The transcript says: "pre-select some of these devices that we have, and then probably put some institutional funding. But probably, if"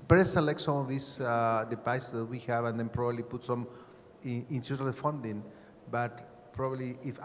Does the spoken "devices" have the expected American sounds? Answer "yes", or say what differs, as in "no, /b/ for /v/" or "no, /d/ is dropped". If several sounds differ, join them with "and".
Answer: no, /p/ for /v/